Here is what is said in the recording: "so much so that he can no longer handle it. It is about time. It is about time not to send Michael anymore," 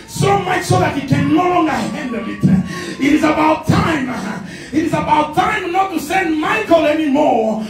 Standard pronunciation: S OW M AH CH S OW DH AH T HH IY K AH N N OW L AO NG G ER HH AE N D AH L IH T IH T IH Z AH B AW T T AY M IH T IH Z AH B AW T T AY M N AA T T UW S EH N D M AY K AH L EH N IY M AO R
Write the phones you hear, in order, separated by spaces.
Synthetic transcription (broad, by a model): S OW M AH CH S OW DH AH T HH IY K AH N L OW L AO NG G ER HH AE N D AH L IH T IH T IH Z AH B AW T T AY M IH T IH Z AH B AW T T AY M N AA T T UW S EH N D M AY K AH L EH N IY M AO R